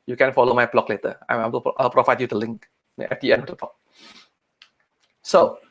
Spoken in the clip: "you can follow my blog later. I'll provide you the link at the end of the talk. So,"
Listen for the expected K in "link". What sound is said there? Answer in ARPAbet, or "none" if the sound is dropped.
K